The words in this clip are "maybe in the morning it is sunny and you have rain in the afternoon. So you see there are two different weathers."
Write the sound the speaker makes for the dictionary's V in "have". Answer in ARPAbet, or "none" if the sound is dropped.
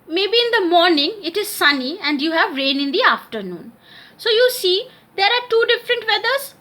V